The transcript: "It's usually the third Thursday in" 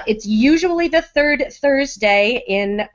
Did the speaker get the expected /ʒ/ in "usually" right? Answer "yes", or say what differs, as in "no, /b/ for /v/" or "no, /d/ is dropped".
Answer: yes